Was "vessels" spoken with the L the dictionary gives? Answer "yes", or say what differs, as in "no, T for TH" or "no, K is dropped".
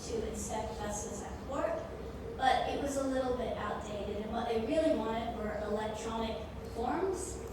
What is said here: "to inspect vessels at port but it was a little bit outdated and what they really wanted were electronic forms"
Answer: no, L is dropped